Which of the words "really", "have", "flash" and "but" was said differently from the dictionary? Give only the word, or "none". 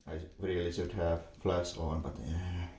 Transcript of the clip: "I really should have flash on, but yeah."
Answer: flash